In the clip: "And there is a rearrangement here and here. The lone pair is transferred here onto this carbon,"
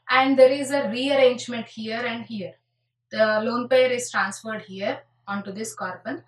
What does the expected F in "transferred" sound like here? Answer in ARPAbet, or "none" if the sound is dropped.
F